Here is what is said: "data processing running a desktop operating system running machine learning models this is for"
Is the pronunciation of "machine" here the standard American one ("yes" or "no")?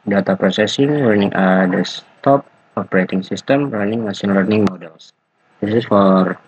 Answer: no